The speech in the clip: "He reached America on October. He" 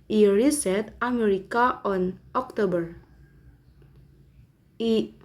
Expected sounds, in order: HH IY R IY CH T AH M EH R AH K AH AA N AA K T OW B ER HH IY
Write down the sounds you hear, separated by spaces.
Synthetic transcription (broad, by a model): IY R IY S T AH M EH R AH K AH AA N AA K T OW B ER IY